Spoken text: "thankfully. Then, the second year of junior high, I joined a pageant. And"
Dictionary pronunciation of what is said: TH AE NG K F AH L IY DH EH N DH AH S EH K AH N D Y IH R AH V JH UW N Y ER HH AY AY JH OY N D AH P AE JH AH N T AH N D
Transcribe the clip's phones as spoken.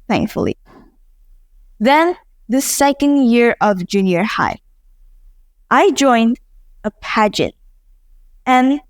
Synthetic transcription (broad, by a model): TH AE NG K F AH L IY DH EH N DH AH S EH K AH N D Y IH R AH V JH UW N Y ER HH AY AY JH OY N D AH P AE JH AH N T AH N